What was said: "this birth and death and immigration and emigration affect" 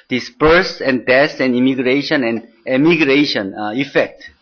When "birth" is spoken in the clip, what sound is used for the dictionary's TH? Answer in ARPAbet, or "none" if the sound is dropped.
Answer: S